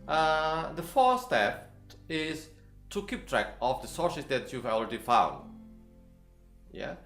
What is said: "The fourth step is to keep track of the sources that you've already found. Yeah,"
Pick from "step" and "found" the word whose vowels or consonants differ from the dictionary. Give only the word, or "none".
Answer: step